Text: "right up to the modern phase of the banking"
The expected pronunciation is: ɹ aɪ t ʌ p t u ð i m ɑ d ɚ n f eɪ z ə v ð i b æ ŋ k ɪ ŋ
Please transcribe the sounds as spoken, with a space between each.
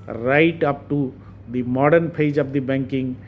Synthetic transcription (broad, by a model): ɹ aɪ t ʌ p t u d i m ɑ d ɚ n p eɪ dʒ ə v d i b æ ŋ k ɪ ŋ